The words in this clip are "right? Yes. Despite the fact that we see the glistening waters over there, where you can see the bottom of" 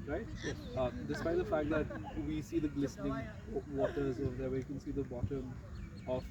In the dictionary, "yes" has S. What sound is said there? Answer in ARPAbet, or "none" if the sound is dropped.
none